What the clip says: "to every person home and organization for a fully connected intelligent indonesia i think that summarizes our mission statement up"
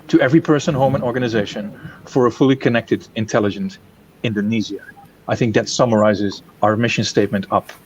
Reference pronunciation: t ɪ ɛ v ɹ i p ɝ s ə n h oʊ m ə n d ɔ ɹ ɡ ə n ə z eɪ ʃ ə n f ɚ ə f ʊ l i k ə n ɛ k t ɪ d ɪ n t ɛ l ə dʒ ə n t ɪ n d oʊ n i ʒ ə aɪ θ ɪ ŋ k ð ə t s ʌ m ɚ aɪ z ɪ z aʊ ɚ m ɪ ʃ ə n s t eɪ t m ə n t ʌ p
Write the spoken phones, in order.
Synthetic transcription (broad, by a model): t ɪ ɛ v ɹ i p ɝ s ə n h oʊ m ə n ɔ ɹ ɡ ə n ə z eɪ ʃ ə n f ɚ ə f ʊ l i k ə n ɛ k t ɪ d ɪ n t ɛ l ə dʒ ə n t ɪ n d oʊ n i z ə aɪ θ ɪ ŋ k ð ə t s ʌ m ɚ aɪ z ɪ z aʊ ɚ m ɪ ʃ ə n s t eɪ t m ə n t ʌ p